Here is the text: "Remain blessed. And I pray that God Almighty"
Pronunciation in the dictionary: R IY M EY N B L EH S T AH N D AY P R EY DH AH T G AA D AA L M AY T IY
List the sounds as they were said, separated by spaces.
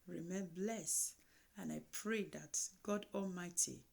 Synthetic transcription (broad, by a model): R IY M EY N B L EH S AH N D AY P R EY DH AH T G AA D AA L M AY T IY